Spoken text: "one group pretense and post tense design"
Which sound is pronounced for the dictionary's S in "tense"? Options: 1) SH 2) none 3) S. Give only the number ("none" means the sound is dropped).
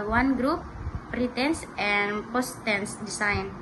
3